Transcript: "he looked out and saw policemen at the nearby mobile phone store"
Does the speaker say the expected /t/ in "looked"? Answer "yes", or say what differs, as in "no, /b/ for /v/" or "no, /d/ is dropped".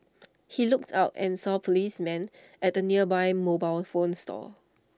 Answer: yes